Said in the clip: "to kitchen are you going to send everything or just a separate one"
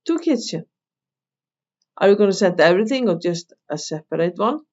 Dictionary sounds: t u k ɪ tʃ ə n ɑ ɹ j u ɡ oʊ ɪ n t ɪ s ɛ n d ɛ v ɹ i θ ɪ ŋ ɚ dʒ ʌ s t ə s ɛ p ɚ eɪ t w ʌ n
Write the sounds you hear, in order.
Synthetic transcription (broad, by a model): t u k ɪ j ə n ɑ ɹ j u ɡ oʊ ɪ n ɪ s ɛ n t ɛ v ɹ i θ ɪ ŋ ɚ dʒ ʌ s t ə s ɛ p ɚ eɪ t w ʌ n